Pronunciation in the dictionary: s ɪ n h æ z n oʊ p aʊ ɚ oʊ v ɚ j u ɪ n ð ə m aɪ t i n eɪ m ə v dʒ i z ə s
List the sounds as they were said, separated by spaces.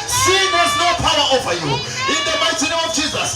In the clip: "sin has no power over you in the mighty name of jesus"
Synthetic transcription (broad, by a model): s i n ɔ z n oʊ p aʊ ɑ oʊ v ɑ j u ɪ n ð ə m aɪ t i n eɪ ə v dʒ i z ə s